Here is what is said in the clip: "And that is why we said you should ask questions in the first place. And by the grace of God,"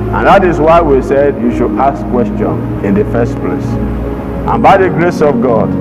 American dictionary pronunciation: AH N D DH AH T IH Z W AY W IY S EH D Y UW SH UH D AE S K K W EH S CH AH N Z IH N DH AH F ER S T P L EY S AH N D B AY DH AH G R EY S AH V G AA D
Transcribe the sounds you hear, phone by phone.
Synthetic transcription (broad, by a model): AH N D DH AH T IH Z W AY W IY S EH D Y UW SH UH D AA S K K W EH S CH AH N IH N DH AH F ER S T P L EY S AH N B AY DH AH G R EY S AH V G AA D